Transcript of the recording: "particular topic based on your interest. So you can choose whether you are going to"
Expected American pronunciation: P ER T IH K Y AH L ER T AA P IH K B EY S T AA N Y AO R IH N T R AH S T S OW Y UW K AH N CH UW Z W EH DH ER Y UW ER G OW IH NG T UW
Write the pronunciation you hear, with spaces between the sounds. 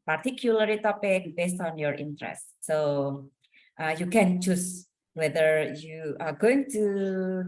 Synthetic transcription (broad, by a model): P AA T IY K Y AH L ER T AA P IH K B EY S T AA N Y AO R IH N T R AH S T S OW Y UW K AH N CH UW S W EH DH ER Y UW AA G OW IH NG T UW